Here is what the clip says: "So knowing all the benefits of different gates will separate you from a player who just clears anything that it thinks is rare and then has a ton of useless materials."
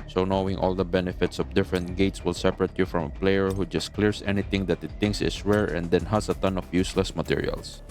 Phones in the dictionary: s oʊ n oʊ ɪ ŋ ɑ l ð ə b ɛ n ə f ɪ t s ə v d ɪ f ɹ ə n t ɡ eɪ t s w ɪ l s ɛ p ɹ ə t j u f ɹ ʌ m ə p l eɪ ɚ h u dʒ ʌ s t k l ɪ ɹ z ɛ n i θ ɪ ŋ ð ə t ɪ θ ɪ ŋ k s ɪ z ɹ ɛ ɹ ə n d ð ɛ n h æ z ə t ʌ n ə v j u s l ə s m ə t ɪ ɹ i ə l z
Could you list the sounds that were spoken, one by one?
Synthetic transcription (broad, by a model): s oʊ n oʊ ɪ ŋ ɑ l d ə b ɛ n ə f ɪ t s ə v d ɪ f ɹ ə n t ɡ eɪ t s w ɪ l s ɛ p ɹ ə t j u f ɹ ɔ m ə p l eɪ ɚ h u dʒ ʌ s t k l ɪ ɹ s ɛ n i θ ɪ ŋ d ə t ɪ t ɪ ŋ k s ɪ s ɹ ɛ ɹ ə n d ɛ n h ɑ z ə t ʌ n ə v j u s l ə s m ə t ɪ ɹ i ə l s